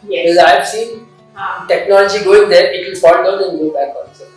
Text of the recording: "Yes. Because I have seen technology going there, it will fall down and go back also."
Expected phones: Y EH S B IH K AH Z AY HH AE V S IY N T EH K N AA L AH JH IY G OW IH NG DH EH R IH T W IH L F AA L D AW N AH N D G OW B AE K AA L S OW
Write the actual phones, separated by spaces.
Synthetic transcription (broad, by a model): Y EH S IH AH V S IY N T EH K N AA L AH JH IY G OW IH NG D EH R IH T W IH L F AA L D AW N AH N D G OW B AE K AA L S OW